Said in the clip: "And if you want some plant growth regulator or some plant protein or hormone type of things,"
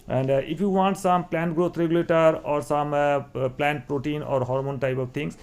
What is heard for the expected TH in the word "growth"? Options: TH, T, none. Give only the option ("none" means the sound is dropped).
T